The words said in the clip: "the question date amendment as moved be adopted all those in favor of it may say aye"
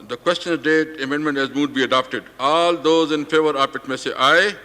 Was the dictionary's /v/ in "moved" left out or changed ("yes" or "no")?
yes